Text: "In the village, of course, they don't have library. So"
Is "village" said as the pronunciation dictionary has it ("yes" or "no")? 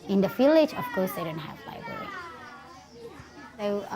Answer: no